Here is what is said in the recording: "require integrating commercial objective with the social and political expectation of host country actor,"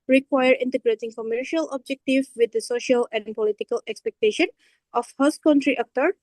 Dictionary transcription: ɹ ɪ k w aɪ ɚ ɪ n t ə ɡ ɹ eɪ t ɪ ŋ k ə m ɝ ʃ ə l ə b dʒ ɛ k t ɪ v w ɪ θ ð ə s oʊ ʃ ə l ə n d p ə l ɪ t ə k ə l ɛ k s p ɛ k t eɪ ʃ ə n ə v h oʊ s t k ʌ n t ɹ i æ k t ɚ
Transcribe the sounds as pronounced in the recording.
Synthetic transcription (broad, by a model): ɹ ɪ k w aɪ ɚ ɪ n t ə ɡ ɹ eɪ t ɪ ŋ k ə m ɝ ʃ ə l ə b dʒ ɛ k t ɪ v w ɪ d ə s oʊ ʃ ə l ə n d p ə l ɪ t ə k ə l ɛ k s p ɛ k t eɪ ʃ ə n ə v h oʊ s k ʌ n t ɹ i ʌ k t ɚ